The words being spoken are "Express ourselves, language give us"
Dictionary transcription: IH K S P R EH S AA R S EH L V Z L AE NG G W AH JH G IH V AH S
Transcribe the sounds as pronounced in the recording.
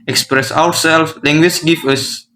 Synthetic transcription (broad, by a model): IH K S P R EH S AA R S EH L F L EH NG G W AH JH G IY F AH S